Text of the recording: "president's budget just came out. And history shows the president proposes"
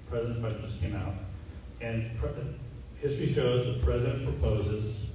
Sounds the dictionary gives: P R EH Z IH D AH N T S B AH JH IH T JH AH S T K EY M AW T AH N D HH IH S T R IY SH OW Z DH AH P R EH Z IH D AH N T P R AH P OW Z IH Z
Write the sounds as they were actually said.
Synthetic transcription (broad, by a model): P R EH Z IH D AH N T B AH IH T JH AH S K EY M AW T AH N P HH IH S T R IY SH OW Z DH AH P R EH Z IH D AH N P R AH P OW Z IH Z